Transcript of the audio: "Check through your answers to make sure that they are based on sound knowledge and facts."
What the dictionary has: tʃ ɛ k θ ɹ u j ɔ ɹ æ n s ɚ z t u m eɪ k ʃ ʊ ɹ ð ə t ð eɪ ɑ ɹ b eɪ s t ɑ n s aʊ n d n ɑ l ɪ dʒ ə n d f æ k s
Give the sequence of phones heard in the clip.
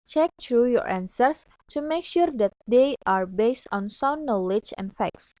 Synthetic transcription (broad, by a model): tʃ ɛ k t ɹ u j ɔ ɹ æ n s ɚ s t u m eɪ k ʃ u ɹ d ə t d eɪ ɑ ɹ b eɪ s t ɑ n s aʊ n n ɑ l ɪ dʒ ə n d f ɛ k s